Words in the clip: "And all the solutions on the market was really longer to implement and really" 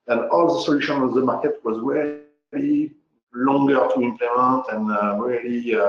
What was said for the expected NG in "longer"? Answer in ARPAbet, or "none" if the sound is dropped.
NG